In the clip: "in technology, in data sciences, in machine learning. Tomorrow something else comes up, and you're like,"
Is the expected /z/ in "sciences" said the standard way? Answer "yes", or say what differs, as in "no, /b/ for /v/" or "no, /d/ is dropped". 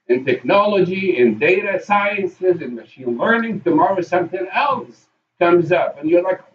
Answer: yes